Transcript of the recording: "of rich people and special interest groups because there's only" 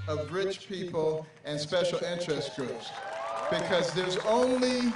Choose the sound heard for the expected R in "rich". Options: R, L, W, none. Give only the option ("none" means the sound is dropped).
R